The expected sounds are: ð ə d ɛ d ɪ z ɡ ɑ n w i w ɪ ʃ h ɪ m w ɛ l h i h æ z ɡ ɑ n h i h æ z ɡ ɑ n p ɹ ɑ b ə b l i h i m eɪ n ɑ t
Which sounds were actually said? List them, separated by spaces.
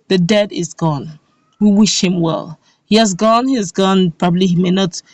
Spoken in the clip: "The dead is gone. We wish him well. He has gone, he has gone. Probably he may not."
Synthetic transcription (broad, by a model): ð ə d ɛ d ɪ z ɡ ɑ n w i w ɪ ʃ h ɪ m w ɛ l h i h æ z ɡ ɑ n h i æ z ɡ ɑ n p ɹ ɑ b ə b l i h i m eɪ n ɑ t